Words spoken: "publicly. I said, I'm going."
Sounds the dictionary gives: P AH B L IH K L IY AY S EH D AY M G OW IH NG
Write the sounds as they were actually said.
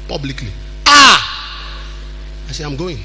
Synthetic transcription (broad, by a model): P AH B L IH K L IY AY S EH AY M G OW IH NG